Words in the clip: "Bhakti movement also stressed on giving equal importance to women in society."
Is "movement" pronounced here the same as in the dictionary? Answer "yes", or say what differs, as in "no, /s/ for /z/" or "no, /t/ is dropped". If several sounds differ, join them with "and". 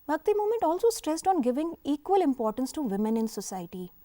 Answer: no, /v/ is dropped